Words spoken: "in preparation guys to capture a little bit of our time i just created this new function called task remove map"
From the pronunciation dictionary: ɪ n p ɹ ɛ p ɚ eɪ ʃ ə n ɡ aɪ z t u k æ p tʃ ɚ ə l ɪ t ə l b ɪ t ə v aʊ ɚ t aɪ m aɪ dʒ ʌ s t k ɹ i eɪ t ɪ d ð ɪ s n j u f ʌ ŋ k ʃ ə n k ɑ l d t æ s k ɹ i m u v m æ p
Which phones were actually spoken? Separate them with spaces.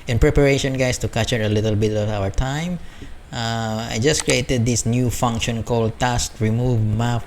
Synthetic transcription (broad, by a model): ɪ n p ɹ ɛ p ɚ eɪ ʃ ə n ɡ aɪ s t u k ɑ tʃ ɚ ə l ɪ t ə l b ɪ t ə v aʊ ɚ t aɪ m aɪ dʒ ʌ s k ɹ i eɪ t ɪ d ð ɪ s n j u f ʌ ŋ k ʃ ə n k ɑ l d t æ s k ɹ i m u v m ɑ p